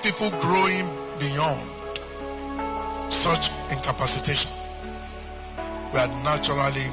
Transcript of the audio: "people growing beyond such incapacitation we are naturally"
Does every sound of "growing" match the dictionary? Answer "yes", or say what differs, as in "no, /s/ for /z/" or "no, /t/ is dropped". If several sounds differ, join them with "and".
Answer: yes